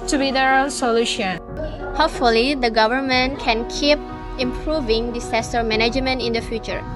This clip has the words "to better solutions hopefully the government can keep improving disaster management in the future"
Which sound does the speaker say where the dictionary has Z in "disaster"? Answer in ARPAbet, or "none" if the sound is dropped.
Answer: S